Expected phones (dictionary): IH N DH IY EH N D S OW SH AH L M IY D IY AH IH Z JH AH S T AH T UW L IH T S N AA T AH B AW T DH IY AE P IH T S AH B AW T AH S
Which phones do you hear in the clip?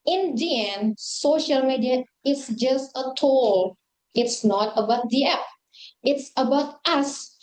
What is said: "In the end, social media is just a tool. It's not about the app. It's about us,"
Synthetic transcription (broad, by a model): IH N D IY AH N S OW SH AH L M IY D IY AH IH S JH AH S T AH T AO L IH T S N AA T AH B AW T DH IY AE P IH T S AH B AW T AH S